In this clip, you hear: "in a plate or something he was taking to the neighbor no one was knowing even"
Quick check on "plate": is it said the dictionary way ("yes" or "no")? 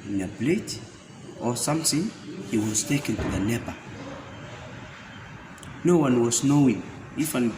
no